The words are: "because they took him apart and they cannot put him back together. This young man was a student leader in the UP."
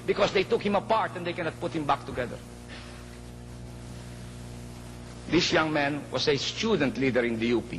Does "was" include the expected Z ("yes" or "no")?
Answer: no